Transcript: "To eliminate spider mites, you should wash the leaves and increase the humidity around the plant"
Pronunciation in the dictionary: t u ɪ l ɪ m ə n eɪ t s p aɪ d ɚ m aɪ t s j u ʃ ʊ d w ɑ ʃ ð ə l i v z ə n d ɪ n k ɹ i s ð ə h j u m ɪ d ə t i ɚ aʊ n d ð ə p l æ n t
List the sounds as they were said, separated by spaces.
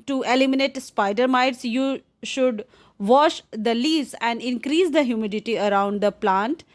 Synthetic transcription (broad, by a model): t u ɪ l ɪ m ə n eɪ t s p aɪ d ɚ m aɪ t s j u ʃ ʊ d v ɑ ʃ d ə l i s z ə n d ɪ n k ɹ i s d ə h j u m ɪ d ə t i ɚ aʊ n d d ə p l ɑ n t